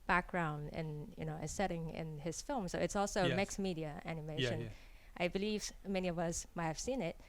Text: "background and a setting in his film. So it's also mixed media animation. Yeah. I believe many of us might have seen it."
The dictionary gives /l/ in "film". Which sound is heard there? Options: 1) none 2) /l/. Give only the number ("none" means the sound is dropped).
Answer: 2